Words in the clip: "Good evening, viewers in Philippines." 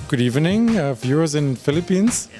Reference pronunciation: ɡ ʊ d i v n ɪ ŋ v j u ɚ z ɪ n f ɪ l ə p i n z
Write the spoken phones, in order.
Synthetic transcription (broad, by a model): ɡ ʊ d i v n ɪ ŋ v j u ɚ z ɪ n f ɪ l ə p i n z